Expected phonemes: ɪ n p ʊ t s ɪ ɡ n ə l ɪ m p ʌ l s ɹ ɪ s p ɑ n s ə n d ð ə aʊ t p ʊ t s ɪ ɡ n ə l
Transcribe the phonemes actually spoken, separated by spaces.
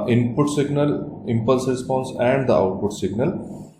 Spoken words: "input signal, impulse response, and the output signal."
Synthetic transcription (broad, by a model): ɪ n p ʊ t s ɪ ɡ n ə l ɪ m p ʌ l s ɹ ɪ s p ɑ n s ə n d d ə aʊ t p ʊ t s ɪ ɡ n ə l